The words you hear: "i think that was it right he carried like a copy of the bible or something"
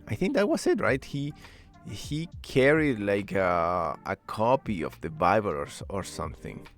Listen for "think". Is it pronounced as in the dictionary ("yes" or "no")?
yes